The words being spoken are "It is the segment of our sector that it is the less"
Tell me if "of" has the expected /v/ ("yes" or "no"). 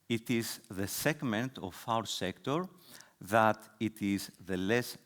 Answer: no